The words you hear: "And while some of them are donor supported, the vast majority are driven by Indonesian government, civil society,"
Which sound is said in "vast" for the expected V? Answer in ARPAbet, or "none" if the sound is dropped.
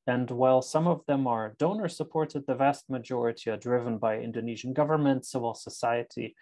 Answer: V